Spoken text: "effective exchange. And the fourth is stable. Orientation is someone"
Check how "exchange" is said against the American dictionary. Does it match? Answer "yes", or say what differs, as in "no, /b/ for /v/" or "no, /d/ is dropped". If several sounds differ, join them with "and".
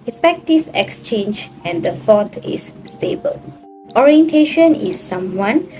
yes